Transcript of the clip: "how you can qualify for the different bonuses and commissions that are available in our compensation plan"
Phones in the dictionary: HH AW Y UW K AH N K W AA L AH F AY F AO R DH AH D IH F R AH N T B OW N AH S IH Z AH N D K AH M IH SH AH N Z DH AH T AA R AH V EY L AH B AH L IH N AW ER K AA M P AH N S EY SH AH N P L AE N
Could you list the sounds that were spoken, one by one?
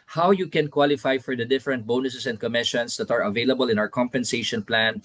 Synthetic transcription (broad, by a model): HH AW Y UW K AH N K W AA L AH F AY F AO R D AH D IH F R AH N T B OW N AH S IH S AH N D K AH M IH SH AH N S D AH T AA R AH V EY L AH B AH L IH N AW ER K AA M P AH N S EY SH AH N P L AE N